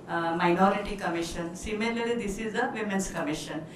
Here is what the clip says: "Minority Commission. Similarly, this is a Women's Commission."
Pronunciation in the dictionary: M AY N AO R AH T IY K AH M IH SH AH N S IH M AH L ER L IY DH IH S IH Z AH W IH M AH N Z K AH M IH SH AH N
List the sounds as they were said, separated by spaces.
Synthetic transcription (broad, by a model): M AY N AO R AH T IY K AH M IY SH AH N S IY M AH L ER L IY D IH S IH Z AH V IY M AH N S K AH M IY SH AH N